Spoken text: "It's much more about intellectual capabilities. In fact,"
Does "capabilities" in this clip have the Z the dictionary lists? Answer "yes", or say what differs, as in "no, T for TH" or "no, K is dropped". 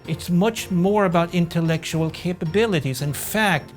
yes